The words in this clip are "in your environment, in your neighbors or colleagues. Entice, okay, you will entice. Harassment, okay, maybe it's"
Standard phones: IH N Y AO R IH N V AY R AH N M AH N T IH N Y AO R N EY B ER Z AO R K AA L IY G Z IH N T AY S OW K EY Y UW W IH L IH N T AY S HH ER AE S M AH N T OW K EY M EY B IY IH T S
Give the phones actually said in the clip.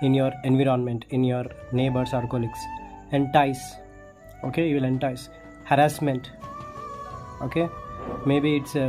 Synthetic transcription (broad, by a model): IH N Y AO R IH N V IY R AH N M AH N T IH N Y AO R N EY B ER S AO R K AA L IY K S IH N T AY S OW K EY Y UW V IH L IH N T AY S HH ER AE S M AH N T OW K EY M EY B IY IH T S